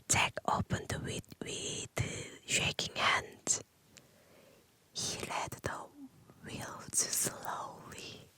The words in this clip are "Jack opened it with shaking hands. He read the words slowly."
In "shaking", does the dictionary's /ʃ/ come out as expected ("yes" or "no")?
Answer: yes